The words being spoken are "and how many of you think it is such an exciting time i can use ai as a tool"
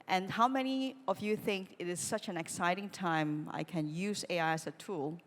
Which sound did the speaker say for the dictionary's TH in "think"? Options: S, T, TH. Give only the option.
TH